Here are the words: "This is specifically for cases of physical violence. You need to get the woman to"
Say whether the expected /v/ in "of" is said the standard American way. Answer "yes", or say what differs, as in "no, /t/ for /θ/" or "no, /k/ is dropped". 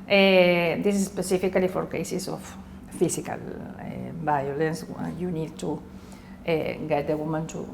no, /f/ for /v/